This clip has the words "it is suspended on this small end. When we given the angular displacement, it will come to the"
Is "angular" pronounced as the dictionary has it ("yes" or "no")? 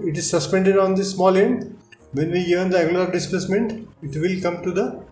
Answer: no